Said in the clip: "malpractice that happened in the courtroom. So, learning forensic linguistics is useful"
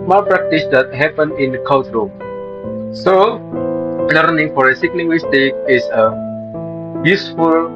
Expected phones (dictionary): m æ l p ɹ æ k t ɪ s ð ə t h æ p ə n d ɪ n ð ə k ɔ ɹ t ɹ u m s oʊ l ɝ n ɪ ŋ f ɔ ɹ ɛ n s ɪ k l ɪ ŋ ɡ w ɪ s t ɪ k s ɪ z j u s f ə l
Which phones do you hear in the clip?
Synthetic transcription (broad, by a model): m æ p ɹ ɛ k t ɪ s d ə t h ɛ p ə n ɪ n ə k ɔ l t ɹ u s oʊ l ɝ n ɪ ŋ f ɔ ɹ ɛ s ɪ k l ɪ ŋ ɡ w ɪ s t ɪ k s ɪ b j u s f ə l